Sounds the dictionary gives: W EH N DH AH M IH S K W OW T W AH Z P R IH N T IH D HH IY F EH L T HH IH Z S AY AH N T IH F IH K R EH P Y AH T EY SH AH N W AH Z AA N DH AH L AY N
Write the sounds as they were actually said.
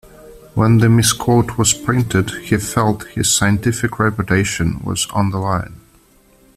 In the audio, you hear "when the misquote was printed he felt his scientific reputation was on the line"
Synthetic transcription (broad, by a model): W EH N DH AH M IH S K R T W AH Z P R IH N T IH D HH IY F EH L T HH IH Z S AY AH N T IH F IH K R EH P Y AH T EY SH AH N W AH Z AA N DH AH L AY N